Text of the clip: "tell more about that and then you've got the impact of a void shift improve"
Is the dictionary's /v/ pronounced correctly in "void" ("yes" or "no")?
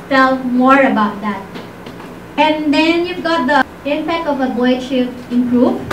no